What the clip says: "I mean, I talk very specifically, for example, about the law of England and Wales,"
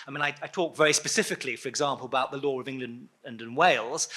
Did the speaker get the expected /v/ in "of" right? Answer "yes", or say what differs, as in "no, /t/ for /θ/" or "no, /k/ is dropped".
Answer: yes